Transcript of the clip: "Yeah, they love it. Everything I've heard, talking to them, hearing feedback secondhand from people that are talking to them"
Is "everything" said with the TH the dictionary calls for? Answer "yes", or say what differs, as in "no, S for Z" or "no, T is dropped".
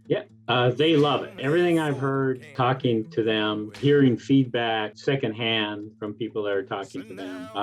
yes